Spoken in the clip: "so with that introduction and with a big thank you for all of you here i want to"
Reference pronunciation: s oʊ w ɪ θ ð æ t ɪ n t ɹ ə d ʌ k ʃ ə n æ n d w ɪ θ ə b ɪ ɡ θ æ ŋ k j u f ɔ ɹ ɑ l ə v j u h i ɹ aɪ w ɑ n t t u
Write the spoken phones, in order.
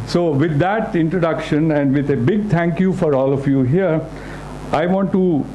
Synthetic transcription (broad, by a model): s oʊ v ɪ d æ t ɪ n t ɹ ə d ʌ k ʃ ə n æ n d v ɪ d ə b ɪ ɡ t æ ŋ k j u f ɔ ɹ ɑ l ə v j u h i ɹ aɪ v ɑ n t t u